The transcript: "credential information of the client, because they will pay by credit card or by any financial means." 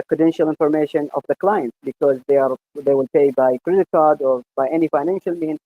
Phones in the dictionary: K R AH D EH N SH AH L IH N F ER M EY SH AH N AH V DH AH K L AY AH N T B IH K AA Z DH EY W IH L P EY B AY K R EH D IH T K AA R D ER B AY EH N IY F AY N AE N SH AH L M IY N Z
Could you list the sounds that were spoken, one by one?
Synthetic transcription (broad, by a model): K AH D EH N SH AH L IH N F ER M EY SH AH N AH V DH AH K L AY AH N T B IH K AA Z DH EY W IH L P EY B AY K R EH D IH T K AA R D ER B AY EH N IY F AY N AE N SH AH L M IY N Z